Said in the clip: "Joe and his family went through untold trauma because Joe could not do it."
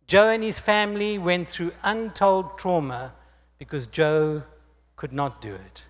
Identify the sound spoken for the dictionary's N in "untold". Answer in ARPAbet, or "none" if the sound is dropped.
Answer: N